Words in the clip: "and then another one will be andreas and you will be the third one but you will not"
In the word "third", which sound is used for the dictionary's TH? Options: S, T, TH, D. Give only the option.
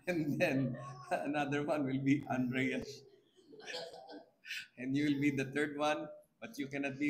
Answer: T